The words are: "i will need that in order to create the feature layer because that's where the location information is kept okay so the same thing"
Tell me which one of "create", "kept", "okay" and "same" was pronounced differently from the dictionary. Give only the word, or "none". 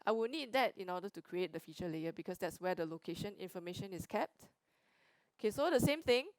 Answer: none